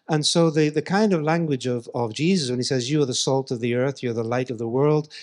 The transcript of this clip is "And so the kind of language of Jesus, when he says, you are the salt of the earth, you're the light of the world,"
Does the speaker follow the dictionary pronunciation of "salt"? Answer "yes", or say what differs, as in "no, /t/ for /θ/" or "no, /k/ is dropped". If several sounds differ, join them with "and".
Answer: yes